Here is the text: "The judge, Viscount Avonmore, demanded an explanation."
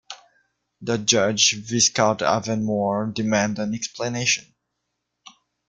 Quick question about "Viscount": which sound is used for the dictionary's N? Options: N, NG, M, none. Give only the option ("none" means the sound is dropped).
none